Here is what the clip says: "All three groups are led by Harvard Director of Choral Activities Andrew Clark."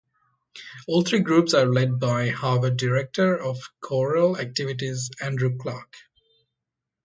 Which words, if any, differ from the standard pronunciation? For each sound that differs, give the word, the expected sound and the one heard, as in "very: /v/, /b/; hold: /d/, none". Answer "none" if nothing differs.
three: /θ/, /t/